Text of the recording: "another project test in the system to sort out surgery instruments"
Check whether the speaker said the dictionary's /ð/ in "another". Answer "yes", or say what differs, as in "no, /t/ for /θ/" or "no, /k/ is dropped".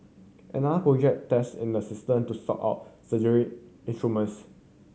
no, /ð/ is dropped